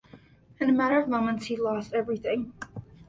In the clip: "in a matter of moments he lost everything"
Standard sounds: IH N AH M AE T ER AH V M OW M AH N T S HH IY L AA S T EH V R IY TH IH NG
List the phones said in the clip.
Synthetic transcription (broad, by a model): IH N AH M AE T ER AH V M OW M AH N T S HH IY L AA S T EH V R IY TH IH NG